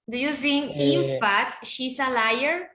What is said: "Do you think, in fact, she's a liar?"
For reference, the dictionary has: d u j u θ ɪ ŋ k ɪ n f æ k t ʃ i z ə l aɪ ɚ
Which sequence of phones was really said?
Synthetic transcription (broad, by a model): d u j u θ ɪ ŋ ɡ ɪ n f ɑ t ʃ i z ə l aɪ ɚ